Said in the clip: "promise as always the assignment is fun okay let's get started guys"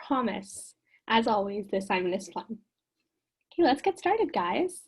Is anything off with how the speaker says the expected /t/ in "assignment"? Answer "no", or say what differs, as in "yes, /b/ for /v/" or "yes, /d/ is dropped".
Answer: yes, /t/ is dropped